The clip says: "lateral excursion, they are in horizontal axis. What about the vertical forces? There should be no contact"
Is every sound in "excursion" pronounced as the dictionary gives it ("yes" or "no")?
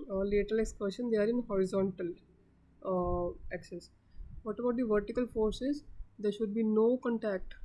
no